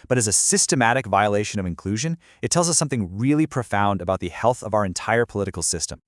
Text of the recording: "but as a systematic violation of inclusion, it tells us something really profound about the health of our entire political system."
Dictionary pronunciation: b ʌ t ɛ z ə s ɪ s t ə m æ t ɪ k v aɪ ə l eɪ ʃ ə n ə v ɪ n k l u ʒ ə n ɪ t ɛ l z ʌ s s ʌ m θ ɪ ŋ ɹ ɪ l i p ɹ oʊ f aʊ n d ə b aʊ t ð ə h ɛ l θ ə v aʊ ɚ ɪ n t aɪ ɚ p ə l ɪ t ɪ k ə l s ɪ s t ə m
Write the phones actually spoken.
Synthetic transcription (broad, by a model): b ʌ t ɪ z ə s ɪ s t ə m æ t ɪ k v aɪ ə l eɪ ʃ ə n ə v ɪ n k l u ʒ ə n ɪ t ɛ l z ʌ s s ʌ m θ ɪ ŋ ɹ ɪ l i p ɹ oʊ f aʊ n d ə b aʊ t ð ə h ɛ l θ ə v aʊ ɚ ɪ n t aɪ ɚ p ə l ɪ t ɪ k l s ɪ s t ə m